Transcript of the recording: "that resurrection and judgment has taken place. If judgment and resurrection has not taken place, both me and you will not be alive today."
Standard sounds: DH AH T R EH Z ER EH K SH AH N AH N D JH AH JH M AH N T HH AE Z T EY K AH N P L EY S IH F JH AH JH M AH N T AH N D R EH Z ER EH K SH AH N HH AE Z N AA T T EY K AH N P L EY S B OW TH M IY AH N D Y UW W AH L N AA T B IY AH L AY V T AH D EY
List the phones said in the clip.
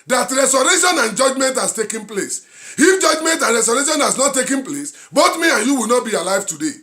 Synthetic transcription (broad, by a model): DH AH T R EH S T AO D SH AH N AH N JH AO JH M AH N T HH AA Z T EY K AH N P L EY S IH F JH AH JH M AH N T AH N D R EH S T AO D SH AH N HH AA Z N AA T T EY K AH N P L EY S B OW T M IY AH N Y UW W AH L N AA T B IY AH L AY V T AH D EY